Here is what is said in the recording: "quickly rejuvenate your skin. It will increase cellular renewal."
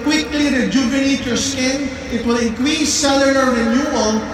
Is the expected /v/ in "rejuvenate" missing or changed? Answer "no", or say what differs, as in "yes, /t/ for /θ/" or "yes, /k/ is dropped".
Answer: yes, /b/ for /v/